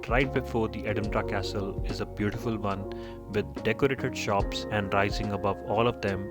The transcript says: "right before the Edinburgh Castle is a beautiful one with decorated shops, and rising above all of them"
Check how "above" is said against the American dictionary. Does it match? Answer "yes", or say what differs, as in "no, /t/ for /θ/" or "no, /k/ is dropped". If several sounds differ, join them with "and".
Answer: yes